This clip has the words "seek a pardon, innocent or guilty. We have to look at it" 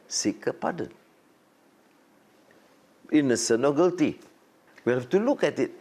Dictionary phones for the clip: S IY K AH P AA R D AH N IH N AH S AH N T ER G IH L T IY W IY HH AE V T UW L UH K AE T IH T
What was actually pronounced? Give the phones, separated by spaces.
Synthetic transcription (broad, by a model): S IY K AH P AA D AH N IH N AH S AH N AO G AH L T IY W IY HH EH F T UW L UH K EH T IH T